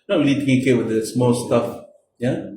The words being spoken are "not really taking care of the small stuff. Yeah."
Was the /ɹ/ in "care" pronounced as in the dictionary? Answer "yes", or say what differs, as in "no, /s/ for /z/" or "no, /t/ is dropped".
no, /w/ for /ɹ/